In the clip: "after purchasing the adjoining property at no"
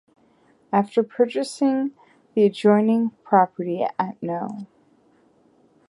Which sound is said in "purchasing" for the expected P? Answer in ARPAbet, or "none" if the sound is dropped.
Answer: P